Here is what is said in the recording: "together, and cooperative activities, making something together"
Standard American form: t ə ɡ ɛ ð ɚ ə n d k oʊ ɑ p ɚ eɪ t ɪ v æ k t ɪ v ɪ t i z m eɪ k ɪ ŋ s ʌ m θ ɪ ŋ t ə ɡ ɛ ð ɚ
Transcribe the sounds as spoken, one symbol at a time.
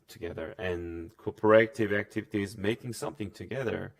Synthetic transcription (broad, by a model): t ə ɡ ɛ ð ɚ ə n k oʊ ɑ p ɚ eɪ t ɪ v æ k t ɪ v ɪ t i z m eɪ k ɪ ŋ s ʌ m θ ɪ ŋ t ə ɡ ɛ ð ɚ